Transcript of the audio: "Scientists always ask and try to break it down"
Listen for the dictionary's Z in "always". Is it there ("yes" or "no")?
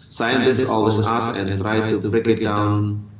no